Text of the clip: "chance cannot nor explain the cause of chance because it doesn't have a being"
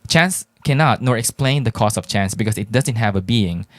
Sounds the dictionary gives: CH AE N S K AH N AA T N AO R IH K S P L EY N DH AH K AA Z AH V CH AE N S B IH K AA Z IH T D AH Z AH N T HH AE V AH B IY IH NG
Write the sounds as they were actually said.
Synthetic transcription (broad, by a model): CH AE N S K AH N AA T N AO R IH K S P L EY N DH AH K AA S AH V CH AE N S B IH K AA S IH T D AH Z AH N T HH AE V AH B IY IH NG